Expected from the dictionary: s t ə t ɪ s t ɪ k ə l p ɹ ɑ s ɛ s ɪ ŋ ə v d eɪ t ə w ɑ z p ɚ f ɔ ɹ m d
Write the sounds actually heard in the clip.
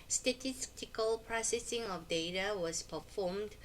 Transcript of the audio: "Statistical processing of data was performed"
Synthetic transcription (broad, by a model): s t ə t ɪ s t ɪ k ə l p ɹ ɑ s ɛ s ɪ ŋ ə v d eɪ t ə w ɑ s p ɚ f ɔ m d